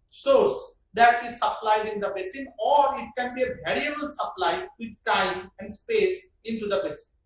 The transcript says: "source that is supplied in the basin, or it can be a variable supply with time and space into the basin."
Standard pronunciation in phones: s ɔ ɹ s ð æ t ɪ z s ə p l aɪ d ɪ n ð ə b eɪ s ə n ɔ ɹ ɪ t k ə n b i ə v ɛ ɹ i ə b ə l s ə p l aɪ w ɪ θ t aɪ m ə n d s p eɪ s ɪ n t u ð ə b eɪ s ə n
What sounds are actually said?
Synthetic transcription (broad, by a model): s ɔ ɹ s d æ t ɪ z s ə p l aɪ d ɪ n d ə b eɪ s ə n ɔ ɹ ɪ t k ə n b i ə v ɛ ɹ i ə b ə l s ə p l aɪ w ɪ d t aɪ m ə n d s p eɪ s ɪ n t u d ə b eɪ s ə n